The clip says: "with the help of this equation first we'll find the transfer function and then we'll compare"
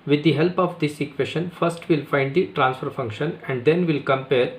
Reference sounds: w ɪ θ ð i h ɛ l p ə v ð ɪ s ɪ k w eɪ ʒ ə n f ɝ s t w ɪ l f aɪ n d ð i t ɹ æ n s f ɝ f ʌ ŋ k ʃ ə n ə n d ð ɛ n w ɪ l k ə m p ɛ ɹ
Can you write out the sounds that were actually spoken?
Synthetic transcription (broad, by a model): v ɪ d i h ɛ l p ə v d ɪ s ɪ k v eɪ ʃ ə n f ɝ s t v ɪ l f aɪ n d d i t ɹ æ n s f ɝ f ʌ ŋ k ʃ ə n ə n d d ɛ n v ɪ l k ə m p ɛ ɹ